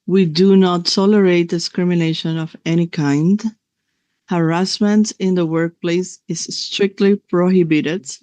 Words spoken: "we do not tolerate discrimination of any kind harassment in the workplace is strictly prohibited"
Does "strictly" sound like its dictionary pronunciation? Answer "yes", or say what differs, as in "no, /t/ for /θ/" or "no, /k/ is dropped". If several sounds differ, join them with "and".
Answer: yes